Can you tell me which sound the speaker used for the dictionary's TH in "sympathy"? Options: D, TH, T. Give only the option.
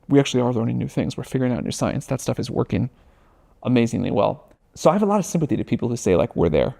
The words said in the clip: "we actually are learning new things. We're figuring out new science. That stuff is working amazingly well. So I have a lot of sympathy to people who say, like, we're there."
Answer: TH